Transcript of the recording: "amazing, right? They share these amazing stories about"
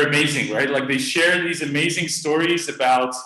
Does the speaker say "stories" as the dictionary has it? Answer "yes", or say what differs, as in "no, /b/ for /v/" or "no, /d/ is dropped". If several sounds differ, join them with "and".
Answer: yes